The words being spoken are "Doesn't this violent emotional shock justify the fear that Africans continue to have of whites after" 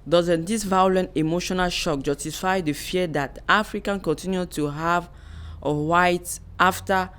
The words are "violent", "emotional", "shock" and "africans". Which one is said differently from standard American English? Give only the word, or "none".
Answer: africans